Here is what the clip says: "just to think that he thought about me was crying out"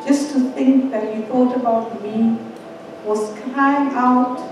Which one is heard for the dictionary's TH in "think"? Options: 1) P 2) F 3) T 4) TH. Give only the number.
4